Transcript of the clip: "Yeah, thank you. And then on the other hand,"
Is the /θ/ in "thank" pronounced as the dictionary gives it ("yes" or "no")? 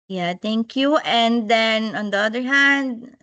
no